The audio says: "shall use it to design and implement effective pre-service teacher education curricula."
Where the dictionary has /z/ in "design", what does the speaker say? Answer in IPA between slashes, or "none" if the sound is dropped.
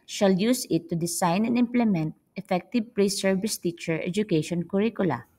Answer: /s/